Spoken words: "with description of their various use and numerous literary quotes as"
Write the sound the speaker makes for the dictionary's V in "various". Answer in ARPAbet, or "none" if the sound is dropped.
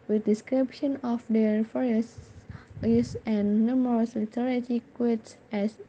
F